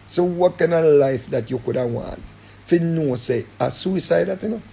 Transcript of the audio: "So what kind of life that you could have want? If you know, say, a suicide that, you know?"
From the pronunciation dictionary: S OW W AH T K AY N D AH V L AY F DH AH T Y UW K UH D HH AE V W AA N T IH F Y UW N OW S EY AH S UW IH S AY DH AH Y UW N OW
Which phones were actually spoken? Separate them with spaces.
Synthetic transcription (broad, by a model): S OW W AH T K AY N AH L AY F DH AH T Y UW K UH D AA W AA N T F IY N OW S EY AH S UW IH S AY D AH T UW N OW